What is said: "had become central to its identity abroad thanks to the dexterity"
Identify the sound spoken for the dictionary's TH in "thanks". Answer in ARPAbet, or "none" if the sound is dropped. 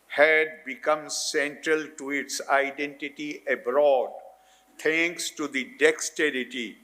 T